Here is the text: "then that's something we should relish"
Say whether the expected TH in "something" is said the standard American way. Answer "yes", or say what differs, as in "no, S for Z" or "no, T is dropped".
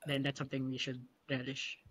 yes